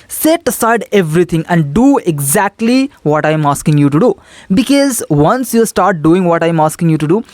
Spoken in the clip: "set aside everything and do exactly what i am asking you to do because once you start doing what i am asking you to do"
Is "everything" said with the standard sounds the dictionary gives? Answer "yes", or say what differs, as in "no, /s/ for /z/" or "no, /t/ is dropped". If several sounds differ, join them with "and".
no, /t/ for /θ/